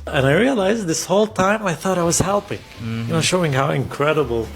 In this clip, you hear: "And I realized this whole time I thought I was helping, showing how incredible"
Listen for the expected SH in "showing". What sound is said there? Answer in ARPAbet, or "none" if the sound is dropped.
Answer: SH